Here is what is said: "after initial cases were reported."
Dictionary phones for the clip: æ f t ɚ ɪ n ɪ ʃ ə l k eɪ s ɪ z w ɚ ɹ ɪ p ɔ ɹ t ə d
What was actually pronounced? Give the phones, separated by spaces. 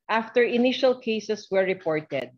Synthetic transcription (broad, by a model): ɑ f t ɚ ɪ n ɪ ʃ ə l k eɪ s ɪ s w ɚ ɹ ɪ p ɔ ɹ t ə d